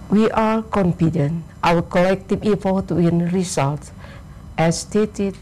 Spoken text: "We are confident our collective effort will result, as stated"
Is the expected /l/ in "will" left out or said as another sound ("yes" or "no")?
yes